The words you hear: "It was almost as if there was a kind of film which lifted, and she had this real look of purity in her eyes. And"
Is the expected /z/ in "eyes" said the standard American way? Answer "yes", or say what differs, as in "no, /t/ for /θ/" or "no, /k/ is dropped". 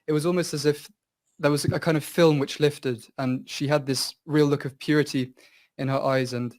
yes